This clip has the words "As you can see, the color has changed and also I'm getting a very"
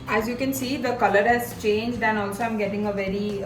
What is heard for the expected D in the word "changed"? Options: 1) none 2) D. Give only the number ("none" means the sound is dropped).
2